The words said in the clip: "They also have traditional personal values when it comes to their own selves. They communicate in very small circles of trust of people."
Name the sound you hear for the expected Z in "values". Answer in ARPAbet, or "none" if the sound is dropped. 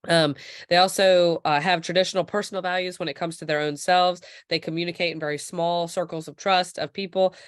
Z